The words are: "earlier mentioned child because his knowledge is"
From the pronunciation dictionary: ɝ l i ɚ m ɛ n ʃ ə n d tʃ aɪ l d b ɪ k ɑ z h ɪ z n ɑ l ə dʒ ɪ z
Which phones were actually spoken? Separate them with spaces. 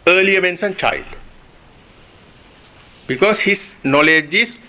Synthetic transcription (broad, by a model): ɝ l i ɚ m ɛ n s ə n tʃ aɪ l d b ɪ k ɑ s h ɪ s n ɑ l ə dʒ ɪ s